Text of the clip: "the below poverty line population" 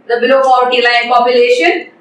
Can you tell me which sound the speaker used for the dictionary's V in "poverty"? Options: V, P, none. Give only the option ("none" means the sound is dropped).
none